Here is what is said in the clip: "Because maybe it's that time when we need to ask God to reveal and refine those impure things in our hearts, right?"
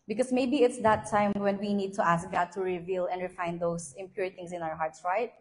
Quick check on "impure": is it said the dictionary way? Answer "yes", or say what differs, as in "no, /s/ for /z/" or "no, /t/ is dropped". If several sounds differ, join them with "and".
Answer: yes